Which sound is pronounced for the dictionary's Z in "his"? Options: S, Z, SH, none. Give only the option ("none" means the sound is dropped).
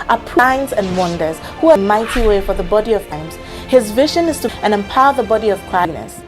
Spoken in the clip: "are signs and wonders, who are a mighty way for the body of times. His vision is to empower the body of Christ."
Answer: Z